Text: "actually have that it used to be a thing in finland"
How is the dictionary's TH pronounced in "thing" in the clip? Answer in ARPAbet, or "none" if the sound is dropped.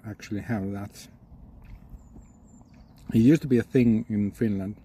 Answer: TH